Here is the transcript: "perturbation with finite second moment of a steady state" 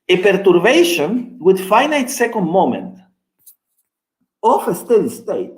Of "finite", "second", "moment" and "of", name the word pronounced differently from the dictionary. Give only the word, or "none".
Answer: of